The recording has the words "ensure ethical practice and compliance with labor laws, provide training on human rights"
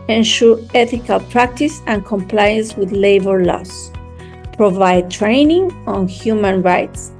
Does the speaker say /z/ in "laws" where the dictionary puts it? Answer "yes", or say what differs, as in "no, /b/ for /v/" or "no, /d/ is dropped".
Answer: no, /s/ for /z/